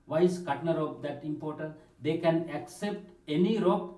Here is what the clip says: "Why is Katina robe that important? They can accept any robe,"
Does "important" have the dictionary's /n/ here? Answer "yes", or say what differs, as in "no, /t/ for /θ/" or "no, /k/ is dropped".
no, /n/ is dropped